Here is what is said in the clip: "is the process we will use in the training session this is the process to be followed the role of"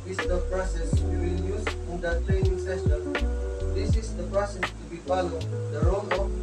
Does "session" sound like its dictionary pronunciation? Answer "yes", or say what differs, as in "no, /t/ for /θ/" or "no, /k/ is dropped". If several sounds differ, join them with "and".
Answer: no, /s/ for /ʃ/